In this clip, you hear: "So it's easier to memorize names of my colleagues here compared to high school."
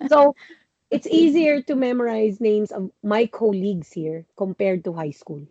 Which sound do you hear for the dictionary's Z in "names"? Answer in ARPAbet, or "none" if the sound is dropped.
S